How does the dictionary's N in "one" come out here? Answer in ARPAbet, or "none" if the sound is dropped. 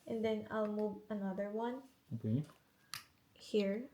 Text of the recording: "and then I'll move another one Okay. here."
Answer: N